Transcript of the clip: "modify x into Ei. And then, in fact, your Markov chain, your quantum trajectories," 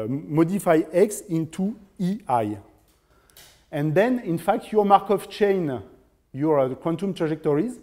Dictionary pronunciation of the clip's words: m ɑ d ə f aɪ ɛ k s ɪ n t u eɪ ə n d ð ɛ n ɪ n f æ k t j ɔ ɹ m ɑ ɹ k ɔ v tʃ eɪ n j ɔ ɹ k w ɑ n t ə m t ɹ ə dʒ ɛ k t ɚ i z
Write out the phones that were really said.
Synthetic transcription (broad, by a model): m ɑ d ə f aɪ ɛ k s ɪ n t u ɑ ə n d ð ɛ n ɪ n f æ k t j ɔ ɹ m ɑ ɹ k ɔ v tʃ eɪ n j ɔ ɹ k w ɑ n t ə m t ɹ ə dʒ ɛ k t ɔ i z